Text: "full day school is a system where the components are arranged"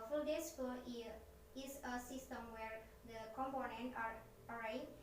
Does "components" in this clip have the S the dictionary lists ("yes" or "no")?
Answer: no